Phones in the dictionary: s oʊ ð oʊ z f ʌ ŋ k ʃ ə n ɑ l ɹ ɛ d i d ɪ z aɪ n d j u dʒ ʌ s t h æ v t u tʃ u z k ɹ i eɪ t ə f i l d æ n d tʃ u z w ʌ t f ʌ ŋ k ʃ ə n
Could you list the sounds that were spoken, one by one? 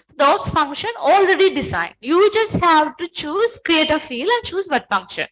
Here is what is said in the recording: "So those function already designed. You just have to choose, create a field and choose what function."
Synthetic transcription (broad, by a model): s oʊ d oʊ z f ʌ ŋ k ʃ ə n ɑ l ɹ ɛ d i d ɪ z aɪ n d j u dʒ ʌ s t h æ v t u tʃ u z k ɹ i eɪ t ə f i l æ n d tʃ u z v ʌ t f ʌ ŋ k ʃ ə n